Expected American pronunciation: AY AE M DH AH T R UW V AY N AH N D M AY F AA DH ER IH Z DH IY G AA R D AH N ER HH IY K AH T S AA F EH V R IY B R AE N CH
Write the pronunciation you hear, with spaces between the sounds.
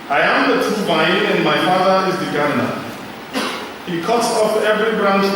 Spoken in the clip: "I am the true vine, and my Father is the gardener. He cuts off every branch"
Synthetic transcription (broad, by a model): AY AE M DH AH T UW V AY AH N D M AY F AA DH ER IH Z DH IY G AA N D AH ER HH IY K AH T S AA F EH V R IY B R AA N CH